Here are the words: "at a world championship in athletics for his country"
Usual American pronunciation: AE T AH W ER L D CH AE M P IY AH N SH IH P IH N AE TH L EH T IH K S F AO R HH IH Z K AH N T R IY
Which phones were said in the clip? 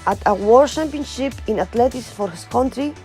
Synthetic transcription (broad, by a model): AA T AH W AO D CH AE M P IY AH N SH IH P IH N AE T L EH T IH S F AO R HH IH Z K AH N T R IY